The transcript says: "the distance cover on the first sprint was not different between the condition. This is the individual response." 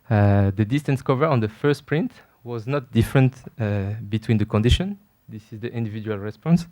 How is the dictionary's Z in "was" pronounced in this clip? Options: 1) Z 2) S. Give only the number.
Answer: 1